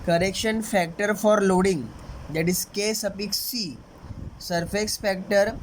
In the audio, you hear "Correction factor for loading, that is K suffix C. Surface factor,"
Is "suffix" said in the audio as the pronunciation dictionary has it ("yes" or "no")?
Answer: no